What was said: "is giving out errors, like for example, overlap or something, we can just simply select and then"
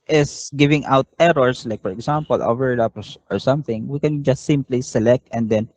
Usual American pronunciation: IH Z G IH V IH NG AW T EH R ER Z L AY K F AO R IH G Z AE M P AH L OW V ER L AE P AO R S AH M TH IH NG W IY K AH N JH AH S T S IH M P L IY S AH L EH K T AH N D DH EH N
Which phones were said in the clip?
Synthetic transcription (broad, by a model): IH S G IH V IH NG AW T EH R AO S L AY K F AO R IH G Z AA M P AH L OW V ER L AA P AO R S AH M TH IH NG W IY K AH N JH AH S T S IH M P L IY S AH L EH K T AH N D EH N